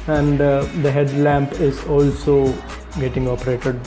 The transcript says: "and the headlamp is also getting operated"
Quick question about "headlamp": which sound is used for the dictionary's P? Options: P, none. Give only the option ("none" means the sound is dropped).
P